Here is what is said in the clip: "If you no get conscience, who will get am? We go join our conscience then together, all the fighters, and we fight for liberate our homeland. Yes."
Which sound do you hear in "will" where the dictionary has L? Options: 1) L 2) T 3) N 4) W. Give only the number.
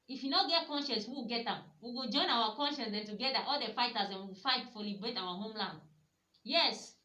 4